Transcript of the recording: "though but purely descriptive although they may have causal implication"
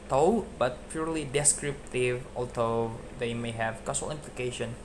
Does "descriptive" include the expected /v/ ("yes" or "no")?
yes